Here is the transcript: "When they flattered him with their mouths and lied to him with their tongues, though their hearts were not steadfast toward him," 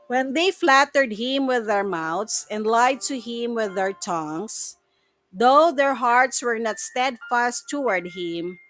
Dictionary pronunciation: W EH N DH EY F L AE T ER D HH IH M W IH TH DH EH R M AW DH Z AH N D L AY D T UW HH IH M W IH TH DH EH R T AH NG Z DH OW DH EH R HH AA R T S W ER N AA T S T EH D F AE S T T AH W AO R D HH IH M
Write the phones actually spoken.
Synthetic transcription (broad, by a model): W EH N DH EY F L AE T ER D HH IH M W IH DH EH R M AW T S AH N D L AY D T UW HH IH M W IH DH EH R T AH NG S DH OW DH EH R HH AA R T S W ER N AA T S T EH D F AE S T T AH W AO R D HH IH M